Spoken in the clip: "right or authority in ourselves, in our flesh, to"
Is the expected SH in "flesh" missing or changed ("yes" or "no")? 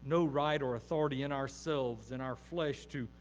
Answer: no